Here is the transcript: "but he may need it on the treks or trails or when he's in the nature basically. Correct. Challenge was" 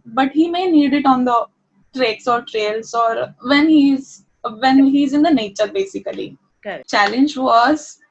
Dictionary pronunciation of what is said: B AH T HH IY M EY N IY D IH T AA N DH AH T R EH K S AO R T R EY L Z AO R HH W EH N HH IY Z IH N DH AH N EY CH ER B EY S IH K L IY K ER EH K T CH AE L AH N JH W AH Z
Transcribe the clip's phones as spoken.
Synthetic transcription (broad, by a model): B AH T HH IY M EY N IY D IH T AA N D AH T R EH K S AO R T R EY L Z AO R HH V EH N HH IY Z IH N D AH N EY CH ER B EY S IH K IY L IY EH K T CH AE L AH N JH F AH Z